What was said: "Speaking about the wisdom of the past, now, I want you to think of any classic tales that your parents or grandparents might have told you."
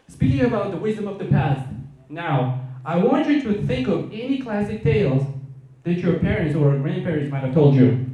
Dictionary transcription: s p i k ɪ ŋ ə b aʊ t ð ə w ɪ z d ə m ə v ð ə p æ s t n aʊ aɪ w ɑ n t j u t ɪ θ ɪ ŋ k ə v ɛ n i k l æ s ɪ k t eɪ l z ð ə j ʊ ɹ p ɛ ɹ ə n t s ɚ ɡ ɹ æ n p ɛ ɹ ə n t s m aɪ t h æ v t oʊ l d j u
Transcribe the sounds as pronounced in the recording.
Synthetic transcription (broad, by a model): s p i k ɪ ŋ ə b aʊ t ð ə w ɪ z d ə m ə v ð ə p æ s t n aʊ aɪ w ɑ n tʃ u t ɪ θ ɪ ŋ k ə v ɛ n i k l æ s ɪ k t eɪ l z ð ə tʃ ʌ ɹ p ɛ ɹ ə n t s ɚ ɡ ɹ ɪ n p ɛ ɹ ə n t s m aɪ t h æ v t oʊ l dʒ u